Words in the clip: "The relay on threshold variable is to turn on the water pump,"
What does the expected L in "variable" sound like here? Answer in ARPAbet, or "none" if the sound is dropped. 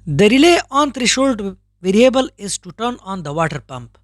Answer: L